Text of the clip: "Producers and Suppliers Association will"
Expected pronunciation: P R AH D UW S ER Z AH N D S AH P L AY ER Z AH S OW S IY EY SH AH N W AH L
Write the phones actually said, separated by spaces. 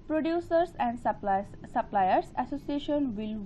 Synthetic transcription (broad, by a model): P R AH D UW S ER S AH N D S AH P L AY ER S AH S OW S IY EY SH AH N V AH L